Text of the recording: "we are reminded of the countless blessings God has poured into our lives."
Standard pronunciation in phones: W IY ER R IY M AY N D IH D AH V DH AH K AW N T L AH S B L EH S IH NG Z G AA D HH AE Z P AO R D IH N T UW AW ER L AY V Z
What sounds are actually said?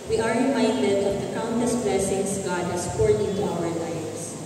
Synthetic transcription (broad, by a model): W IY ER R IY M AY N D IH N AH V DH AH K AW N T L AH S B L EH S IH NG S G AA D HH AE S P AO R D IH N T UW AW ER L AY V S